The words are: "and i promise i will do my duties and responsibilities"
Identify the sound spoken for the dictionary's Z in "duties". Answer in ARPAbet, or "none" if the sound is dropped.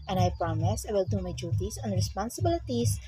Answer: S